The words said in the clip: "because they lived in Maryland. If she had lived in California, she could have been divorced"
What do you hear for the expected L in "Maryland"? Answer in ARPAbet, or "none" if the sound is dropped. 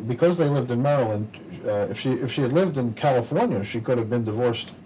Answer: L